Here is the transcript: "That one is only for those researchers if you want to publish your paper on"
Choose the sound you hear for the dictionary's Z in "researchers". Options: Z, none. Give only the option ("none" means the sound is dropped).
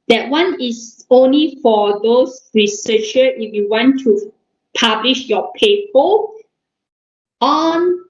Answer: none